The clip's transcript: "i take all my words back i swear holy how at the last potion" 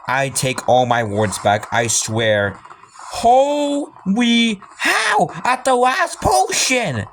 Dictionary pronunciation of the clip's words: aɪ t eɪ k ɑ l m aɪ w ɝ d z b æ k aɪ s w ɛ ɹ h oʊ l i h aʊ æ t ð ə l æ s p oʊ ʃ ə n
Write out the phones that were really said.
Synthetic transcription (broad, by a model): aɪ t eɪ k ɑ l m aɪ w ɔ d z b æ k aɪ s w ɛ ɹ h oʊ w i h aʊ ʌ t ð ə l æ s p oʊ ʃ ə n